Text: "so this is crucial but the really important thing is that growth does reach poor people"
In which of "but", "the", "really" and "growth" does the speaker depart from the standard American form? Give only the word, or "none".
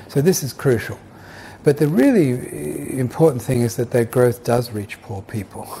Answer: none